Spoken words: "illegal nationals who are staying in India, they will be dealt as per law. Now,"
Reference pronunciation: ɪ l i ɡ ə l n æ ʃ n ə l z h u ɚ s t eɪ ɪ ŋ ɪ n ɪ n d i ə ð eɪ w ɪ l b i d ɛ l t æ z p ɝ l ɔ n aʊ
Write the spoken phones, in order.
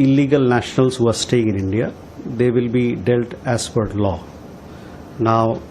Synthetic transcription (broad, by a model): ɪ l i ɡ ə l n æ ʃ n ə l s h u ɚ s t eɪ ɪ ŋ ɪ n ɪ n d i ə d eɪ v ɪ l b i d ɛ l t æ s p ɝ l ɔ n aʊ